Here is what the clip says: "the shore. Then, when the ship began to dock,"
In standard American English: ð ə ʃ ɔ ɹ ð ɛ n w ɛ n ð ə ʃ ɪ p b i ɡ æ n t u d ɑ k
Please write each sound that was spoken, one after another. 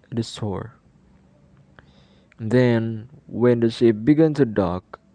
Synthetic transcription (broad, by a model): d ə s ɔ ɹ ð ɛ n w ɛ n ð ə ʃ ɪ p b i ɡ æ n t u d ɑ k